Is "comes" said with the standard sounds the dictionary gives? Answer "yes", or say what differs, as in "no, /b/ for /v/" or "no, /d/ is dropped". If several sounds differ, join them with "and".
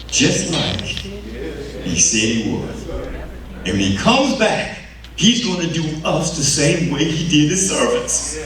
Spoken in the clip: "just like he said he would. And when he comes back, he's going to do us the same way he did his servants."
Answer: yes